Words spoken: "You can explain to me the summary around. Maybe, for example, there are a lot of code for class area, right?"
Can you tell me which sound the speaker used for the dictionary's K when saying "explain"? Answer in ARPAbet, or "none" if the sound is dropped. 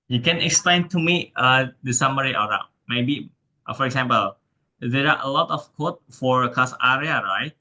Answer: K